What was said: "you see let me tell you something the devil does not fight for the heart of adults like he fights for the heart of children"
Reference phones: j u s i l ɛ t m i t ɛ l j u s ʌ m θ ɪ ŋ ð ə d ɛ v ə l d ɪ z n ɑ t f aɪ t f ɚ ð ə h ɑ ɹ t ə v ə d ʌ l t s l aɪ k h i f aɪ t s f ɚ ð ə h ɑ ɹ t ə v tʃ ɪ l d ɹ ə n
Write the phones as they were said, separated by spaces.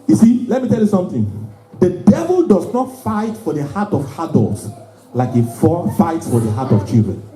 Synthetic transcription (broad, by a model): j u s i l ɛ t m i t ɛ l j u s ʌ m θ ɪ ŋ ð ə d ɛ v ə l d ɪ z n ɑ t f aɪ t f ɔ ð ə h ɑ t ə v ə d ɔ l t s l aɪ k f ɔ f aɪ t s f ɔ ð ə h ɑ t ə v tʃ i l d ɹ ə n